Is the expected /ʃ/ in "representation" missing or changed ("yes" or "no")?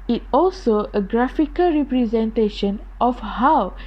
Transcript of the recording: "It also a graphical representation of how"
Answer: no